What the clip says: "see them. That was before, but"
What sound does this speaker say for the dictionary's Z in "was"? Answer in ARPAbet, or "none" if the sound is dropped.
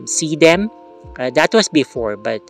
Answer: S